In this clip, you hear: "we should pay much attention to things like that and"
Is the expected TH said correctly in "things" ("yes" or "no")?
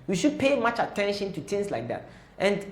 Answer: no